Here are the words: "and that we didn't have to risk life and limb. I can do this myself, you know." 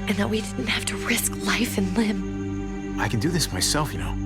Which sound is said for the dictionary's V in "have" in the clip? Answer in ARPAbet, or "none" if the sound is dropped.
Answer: F